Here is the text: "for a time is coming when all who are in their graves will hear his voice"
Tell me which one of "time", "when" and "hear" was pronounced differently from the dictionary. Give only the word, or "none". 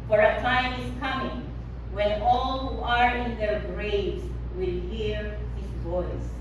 none